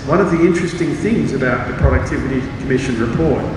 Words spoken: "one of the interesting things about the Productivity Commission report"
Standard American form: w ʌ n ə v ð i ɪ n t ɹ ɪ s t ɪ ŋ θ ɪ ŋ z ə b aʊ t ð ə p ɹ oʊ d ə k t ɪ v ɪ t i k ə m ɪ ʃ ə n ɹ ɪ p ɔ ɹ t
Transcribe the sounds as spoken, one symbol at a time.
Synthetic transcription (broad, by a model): w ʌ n ə v ð i ɪ n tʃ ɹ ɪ s t ɪ ŋ θ ɪ ŋ z ə b aʊ t ð ə p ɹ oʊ d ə k t ɪ v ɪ t i k ə m ɪ ʃ ə n ɹ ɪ p ɔ ɹ t